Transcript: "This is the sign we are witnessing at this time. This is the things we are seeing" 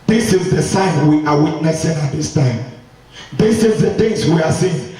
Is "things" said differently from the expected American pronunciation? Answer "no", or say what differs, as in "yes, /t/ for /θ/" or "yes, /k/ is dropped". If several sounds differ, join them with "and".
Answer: yes, /ŋ/ is dropped